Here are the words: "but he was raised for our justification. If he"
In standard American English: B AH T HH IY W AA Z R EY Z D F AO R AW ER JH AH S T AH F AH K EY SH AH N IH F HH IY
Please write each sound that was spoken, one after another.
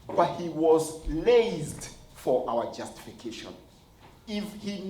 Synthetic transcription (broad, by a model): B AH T HH IY W AA Z L EY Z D F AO R AW ER JH AH S T AH F AH K EY SH AH N IH F HH IY